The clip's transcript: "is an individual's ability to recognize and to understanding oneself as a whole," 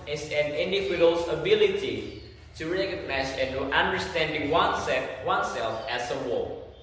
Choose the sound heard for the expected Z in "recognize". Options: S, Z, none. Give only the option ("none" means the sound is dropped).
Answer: S